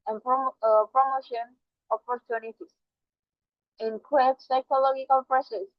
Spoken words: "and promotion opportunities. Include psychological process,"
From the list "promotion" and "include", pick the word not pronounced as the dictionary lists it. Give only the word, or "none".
include